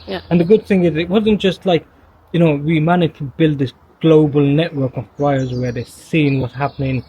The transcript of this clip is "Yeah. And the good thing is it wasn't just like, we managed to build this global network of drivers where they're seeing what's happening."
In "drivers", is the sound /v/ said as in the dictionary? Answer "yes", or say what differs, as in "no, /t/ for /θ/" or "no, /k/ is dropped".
no, /v/ is dropped